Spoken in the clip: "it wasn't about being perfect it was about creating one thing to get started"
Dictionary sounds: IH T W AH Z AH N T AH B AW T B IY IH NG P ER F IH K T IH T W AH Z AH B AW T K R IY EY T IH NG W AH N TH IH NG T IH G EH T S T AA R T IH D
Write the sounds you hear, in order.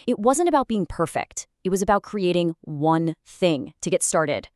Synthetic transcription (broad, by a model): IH T W AH Z AH N T AH B AW T B IY IH NG P ER F IH K T IH T W AH Z AH B AW T K R IY EY T IH NG W AH N TH IH NG T IH G EH T S T AA R T IH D